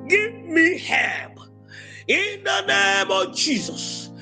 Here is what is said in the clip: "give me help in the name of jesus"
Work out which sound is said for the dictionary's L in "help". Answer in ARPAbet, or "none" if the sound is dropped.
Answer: none